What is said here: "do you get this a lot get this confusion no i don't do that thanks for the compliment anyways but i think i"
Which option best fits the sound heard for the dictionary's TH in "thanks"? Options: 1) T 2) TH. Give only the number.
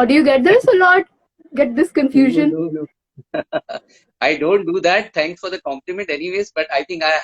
1